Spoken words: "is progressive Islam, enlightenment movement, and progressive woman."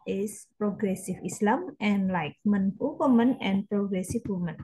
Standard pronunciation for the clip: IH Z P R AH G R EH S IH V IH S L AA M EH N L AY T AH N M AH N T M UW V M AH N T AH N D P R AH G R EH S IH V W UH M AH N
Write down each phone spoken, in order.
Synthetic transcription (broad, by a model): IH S P R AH G R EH S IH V IH S L AA M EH N L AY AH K M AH N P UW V M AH N AH N P R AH G R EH S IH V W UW M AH N